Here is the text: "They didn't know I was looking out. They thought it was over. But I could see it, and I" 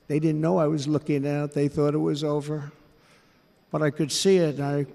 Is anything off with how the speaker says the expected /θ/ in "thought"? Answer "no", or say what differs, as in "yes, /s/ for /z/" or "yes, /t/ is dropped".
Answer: no